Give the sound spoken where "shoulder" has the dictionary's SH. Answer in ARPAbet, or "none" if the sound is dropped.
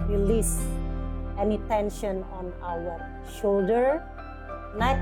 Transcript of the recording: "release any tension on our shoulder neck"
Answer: SH